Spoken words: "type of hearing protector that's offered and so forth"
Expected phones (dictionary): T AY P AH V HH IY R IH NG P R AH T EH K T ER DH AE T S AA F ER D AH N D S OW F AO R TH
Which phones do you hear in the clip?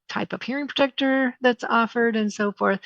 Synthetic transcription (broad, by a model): T AY P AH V HH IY R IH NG P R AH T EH K T ER DH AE T S AA F ER D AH N S OW F AO R TH